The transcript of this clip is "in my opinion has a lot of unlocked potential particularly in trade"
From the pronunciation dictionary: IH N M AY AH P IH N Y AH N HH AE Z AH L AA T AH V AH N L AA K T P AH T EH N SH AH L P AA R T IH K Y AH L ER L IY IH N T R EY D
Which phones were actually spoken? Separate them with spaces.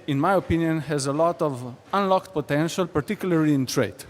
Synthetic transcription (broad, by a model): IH N M AY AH P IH N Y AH N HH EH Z AH L AA T AH V AH N L AA K T P AH T EH N SH AH L P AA R T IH K Y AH L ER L IY IH N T R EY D